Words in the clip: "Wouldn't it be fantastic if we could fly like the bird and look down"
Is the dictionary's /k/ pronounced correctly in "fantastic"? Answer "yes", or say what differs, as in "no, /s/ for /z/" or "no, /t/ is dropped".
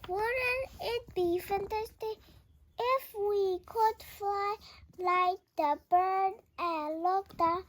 no, /k/ is dropped